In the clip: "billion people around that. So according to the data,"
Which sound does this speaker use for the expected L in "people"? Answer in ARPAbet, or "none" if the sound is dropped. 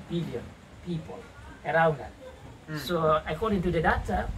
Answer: L